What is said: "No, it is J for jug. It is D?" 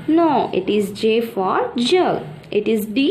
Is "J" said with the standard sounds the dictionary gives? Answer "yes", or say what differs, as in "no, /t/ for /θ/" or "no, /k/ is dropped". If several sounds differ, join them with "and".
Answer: yes